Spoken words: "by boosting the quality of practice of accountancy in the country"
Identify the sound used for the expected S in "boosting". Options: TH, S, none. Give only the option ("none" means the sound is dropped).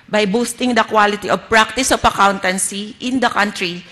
S